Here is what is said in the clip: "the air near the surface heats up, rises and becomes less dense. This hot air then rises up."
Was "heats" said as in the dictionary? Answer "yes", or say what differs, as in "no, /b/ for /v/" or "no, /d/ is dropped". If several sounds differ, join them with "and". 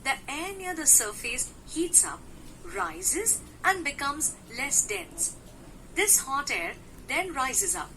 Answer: yes